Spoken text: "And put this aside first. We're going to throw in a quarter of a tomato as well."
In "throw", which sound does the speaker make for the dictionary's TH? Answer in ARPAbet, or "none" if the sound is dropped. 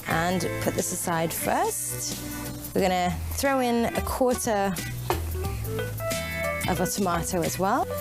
TH